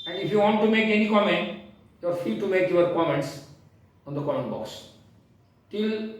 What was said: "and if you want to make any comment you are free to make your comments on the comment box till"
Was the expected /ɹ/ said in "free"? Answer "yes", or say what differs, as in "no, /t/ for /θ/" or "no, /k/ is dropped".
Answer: no, /ɹ/ is dropped